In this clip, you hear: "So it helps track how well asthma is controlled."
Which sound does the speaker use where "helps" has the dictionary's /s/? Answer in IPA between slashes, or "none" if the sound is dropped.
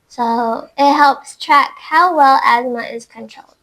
/s/